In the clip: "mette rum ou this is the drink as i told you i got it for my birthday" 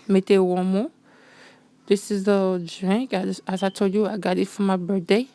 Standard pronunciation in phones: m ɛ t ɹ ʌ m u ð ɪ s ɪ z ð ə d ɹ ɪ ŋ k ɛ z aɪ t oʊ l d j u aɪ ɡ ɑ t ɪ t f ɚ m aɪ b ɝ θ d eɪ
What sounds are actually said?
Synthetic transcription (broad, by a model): m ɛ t w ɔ m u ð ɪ s ɪ z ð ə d ɹ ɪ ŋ k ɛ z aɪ t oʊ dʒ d j u aɪ ɡ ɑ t ɪ t f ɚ m aɪ b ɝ d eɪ